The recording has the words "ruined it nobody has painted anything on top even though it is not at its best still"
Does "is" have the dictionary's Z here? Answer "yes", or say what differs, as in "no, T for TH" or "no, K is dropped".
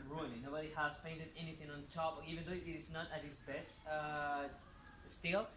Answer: no, S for Z